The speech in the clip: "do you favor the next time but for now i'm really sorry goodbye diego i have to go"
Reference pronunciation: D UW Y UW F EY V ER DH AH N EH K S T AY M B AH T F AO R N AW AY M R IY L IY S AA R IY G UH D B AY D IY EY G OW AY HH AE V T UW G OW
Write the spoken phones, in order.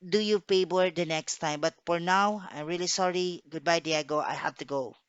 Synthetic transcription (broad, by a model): D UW Y UW P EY B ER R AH N EH K S T AY M B AH T F AO R N AW AY M R IY L IY S AA R IY G UH D B AY D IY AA G OW AY HH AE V T UW G OW